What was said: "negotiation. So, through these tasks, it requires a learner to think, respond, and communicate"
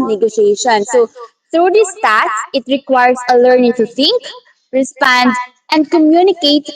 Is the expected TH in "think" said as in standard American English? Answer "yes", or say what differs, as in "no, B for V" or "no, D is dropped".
no, T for TH